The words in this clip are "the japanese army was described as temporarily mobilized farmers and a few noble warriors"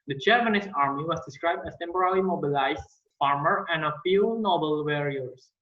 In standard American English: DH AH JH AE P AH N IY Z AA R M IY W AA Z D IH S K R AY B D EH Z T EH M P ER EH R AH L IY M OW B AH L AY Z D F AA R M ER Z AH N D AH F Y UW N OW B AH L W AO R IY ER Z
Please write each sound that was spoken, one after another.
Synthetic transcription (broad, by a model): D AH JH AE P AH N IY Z AA R M IY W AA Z D IH S K R AY B D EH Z T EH M P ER R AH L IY M OW B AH L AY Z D F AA R M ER AH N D AH F Y UW N OW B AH L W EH R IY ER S